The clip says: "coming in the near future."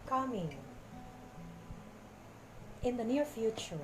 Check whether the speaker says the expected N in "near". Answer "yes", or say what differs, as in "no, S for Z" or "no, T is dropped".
yes